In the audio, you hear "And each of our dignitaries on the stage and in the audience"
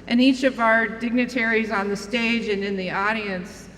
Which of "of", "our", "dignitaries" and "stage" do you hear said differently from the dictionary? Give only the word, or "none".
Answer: none